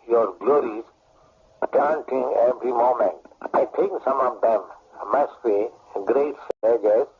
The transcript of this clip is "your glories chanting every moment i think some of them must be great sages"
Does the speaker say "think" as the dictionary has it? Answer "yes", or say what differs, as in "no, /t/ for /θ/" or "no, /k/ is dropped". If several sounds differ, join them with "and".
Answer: no, /t/ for /θ/